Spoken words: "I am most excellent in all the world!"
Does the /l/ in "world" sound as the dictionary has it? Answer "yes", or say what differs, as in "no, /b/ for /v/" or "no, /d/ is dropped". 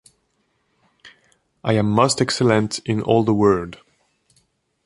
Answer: no, /l/ is dropped